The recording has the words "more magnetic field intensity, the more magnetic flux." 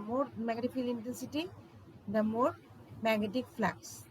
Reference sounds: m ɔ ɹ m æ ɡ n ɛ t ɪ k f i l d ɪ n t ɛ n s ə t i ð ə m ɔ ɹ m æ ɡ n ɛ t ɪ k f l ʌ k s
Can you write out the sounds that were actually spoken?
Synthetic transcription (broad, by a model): m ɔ ɹ m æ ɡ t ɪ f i l ɪ n t ɛ n s ə t i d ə m ɔ ɹ m æ ɡ n ɛ t ɪ k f l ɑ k s